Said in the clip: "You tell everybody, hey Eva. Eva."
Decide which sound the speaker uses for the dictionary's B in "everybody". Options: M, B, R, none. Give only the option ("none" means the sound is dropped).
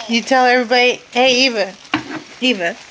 B